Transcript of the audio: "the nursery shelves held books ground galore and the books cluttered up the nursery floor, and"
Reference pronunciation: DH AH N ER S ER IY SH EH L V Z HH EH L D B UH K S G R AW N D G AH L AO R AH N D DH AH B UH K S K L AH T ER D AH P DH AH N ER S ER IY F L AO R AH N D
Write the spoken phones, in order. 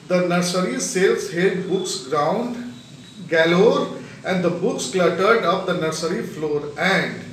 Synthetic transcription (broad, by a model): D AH N ER S ER IY S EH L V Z HH EH L D B UH K S G R AW N D G AH L AO R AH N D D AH B UH K S K L AH T ER D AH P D AH N ER S ER IY F L AO R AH N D